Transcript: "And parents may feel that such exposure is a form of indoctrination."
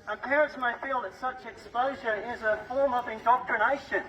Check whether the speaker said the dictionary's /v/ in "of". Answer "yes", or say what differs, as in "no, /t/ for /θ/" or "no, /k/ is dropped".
yes